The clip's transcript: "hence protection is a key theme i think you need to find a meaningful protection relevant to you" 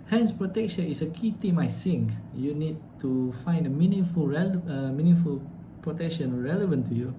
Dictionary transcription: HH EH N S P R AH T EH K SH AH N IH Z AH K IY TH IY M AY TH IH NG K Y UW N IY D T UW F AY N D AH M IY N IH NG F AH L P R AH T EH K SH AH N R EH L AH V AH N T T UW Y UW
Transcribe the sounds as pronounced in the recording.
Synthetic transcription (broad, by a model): HH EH N S P R AH T EH K SH AH N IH S AH K IY T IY M AY S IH NG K Y UW N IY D T UW F AY N D AH M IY N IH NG F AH L P R AH T EH K SH AH N R EH L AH V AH N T T UW Y UW